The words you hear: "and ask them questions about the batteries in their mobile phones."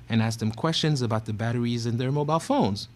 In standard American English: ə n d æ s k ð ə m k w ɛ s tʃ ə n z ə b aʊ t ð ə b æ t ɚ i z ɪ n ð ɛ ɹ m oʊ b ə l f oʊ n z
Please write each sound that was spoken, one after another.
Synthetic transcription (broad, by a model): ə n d æ s k ð ə m k w ɛ s tʃ ə n z ə b aʊ t ð ə b æ t ɚ i z ɪ n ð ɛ ɹ m oʊ b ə l f oʊ n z